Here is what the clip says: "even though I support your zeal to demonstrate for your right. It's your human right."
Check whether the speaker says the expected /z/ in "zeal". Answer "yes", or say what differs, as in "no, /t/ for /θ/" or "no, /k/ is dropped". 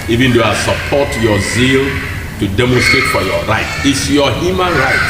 yes